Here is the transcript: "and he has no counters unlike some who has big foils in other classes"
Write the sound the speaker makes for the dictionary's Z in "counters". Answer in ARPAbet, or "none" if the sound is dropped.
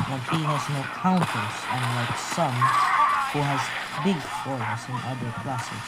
S